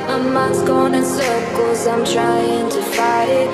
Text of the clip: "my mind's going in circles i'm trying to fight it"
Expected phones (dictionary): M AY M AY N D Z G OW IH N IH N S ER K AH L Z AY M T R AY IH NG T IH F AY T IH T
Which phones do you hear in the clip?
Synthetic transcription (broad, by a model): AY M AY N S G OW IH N IH N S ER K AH Z AY M T R AY IH NG T IH F AY T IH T